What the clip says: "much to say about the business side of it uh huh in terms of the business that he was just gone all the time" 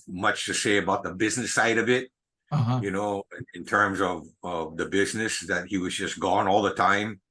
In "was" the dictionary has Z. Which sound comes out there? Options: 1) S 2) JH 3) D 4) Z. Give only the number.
4